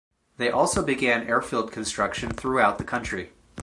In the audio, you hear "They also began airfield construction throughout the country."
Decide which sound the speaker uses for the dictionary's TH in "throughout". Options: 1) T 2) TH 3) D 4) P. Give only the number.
2